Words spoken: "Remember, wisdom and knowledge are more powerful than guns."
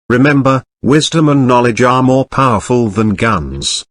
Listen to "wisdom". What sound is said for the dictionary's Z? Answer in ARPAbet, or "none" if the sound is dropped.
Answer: Z